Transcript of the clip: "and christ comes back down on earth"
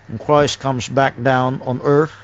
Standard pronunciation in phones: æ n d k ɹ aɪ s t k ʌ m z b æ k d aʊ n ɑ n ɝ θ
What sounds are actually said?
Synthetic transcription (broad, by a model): n k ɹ aɪ s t k ʌ m z b æ k d aʊ n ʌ n ɝ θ